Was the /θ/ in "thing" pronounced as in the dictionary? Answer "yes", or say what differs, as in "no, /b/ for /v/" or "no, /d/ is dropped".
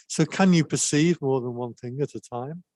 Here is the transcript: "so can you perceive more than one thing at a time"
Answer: yes